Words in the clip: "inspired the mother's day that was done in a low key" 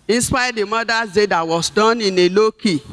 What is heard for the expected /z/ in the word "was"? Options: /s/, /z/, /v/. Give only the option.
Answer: /s/